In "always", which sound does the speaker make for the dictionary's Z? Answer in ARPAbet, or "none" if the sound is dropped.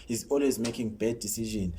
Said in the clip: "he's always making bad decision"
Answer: Z